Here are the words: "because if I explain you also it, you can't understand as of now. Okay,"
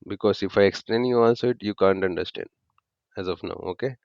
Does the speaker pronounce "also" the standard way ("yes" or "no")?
no